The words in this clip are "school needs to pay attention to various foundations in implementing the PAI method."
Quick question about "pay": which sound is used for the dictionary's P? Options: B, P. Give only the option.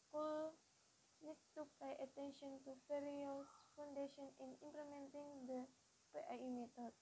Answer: B